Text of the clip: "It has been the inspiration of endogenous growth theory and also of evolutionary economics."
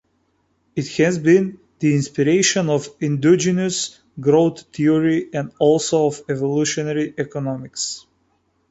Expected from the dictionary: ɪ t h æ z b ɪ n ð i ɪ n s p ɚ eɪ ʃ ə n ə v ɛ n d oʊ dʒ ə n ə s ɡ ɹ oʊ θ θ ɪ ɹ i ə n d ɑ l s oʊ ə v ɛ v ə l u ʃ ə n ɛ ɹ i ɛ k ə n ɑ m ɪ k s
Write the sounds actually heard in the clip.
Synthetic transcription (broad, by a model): ɪ t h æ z b ɪ n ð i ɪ n s p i eɪ ʃ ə n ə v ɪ n d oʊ dʒ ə n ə s ɡ ɹ oʊ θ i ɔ ɹ i ə n d ɑ l s oʊ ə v ɛ v ə l u ʃ ə n ɛ ɹ i ɛ k ə n ɑ m ɪ k s